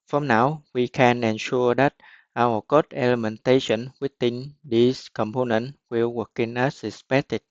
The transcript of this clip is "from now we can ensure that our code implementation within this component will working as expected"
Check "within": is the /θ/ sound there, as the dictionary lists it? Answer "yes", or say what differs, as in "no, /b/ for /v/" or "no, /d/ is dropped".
no, /t/ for /θ/